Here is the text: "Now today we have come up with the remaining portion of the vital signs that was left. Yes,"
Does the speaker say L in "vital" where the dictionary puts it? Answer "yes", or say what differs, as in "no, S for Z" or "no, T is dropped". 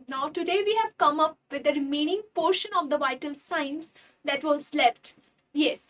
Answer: yes